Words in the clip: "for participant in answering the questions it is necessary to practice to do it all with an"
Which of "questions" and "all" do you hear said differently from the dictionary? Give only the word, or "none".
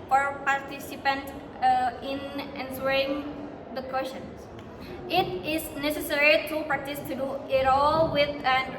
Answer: questions